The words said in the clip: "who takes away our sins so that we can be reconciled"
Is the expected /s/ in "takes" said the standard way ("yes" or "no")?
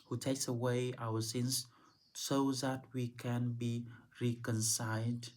yes